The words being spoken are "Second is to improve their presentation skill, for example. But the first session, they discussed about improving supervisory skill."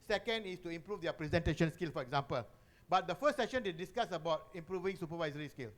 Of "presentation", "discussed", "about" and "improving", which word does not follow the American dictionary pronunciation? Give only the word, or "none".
discussed